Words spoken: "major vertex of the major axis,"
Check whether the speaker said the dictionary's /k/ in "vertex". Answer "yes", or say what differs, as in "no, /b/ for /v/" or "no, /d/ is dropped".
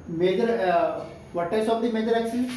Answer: no, /k/ is dropped